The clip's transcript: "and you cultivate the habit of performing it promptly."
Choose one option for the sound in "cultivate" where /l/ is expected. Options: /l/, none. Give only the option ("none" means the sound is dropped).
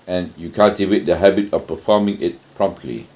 none